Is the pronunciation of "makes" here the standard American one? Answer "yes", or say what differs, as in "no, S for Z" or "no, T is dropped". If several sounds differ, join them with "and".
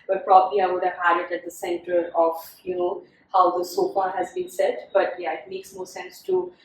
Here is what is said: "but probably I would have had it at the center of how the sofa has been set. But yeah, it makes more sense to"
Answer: yes